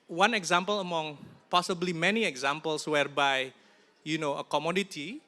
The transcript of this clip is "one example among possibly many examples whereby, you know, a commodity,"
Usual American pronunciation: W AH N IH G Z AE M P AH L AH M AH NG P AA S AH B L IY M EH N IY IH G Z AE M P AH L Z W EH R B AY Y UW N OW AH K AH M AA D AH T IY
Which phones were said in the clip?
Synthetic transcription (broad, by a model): W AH N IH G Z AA M P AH L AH M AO NG P AA S AH B L IY M EH N IY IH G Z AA M P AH L S W EH R B AY Y UW N OW AH K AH M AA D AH T IY